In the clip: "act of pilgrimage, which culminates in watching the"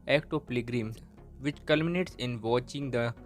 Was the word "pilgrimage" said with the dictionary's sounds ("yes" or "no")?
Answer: no